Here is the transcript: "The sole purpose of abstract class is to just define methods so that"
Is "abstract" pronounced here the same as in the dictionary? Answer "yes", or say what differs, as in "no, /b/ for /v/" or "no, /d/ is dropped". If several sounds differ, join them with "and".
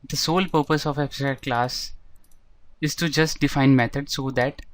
no, /k/ is dropped